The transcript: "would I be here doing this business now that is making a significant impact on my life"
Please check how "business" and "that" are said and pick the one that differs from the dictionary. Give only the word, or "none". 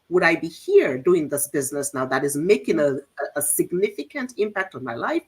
none